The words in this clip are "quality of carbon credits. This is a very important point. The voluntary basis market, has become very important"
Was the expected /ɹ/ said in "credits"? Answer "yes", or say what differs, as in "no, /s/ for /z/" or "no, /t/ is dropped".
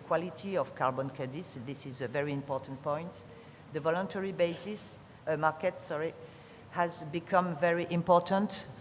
no, /ɹ/ is dropped